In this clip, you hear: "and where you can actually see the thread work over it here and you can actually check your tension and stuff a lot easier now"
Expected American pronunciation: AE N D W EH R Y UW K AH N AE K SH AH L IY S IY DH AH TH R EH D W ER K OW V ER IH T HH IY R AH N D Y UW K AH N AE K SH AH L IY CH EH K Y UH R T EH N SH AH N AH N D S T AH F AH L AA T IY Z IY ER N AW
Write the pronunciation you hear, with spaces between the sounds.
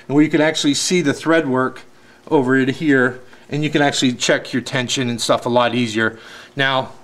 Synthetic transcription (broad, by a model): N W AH R Y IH K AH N AE K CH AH L IY S IY DH AH TH R EH D W ER K OW V ER IH T HH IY R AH N Y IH K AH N AE K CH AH L IY CH EH K Y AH R T EH N SH AH N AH N S T AH F AH L AA T IY Z IY ER N AW